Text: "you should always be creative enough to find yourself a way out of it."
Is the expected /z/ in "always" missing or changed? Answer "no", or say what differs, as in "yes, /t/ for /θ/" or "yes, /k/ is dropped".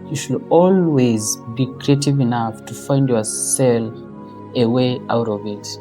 no